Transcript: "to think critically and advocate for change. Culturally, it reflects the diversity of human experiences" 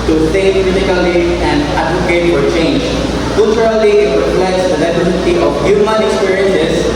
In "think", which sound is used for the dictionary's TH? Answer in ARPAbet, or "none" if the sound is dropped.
S